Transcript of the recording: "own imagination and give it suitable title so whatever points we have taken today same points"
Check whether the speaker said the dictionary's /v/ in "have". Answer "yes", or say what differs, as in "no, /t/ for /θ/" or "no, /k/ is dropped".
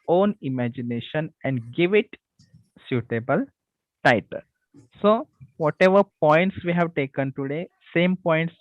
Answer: yes